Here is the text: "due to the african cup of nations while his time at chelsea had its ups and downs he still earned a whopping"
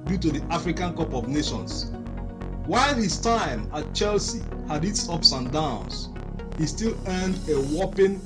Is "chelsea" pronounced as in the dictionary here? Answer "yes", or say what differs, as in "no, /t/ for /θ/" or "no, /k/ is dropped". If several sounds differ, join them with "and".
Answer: yes